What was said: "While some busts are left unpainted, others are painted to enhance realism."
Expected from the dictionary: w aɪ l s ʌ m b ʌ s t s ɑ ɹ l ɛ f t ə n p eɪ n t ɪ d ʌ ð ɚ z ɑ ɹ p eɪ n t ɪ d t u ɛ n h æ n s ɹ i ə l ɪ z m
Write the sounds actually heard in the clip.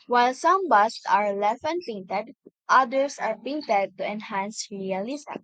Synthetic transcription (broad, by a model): w aɪ l s ʌ m b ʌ s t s ɑ ɹ l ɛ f ə n p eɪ n t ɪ d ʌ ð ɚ s ɑ ɹ p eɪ n t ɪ d t u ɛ n h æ n s ɹ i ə l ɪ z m